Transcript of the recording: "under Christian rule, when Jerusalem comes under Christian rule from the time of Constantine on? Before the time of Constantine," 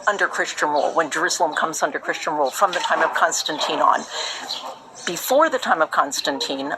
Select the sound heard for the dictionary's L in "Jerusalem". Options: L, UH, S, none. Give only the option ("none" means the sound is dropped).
L